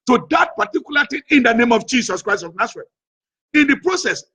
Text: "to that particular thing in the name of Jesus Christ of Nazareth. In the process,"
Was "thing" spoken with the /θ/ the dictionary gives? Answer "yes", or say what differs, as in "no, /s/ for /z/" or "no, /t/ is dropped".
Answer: no, /t/ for /θ/